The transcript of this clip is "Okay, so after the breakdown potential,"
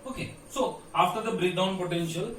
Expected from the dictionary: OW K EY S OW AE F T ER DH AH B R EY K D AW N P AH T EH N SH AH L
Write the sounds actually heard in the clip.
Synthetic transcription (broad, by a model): OW K EY S OW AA F T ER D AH B R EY D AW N P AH T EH N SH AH L